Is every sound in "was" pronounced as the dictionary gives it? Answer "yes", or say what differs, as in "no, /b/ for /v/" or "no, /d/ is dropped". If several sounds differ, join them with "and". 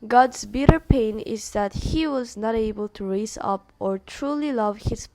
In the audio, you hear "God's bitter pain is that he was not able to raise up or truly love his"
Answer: yes